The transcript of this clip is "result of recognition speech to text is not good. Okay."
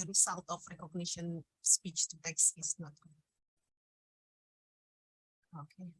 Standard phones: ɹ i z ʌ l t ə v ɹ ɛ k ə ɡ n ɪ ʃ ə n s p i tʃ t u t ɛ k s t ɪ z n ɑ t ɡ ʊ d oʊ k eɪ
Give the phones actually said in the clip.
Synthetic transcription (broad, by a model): ɹ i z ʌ l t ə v ɹ ɛ k ə ɡ n ɪ ʃ ə n s p i tʃ t u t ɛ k s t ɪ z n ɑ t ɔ oʊ k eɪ